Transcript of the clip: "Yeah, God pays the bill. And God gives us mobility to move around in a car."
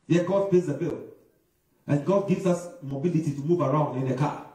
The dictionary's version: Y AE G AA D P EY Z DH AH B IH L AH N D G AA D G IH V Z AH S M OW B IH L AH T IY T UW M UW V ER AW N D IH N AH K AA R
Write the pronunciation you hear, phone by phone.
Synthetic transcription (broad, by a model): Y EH G AA D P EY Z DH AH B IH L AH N G AA D G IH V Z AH S M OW B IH L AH T IY T UW M UW V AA AW N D IH N AH K AA